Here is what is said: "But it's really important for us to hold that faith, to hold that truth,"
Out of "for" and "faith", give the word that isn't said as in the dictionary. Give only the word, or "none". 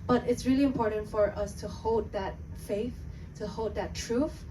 none